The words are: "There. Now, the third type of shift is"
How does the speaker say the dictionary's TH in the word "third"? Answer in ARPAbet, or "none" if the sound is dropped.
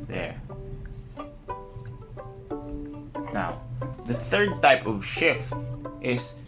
TH